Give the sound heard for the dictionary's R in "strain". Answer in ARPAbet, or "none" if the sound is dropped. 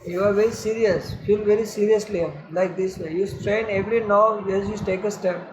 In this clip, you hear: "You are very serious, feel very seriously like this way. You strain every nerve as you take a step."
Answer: R